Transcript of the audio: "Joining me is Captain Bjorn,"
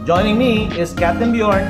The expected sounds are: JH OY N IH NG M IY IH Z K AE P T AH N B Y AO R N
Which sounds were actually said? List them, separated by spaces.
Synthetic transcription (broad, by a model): JH OY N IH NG M IY IH Z K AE T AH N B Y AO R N